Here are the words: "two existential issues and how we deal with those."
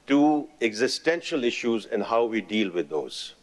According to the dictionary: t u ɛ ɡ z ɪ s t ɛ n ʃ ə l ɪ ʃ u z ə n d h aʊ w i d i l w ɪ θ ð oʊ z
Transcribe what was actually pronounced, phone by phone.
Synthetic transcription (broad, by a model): t u ɛ ɡ z ɪ s t ɛ n ʃ ə l ɪ ʃ u z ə n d h aʊ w i d i l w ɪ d oʊ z